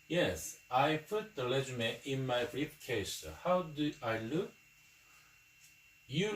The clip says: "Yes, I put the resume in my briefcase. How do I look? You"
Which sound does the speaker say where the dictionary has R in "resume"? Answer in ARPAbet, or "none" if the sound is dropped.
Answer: L